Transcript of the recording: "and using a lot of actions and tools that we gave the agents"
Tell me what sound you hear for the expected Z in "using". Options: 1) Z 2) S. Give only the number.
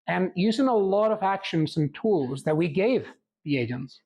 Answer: 1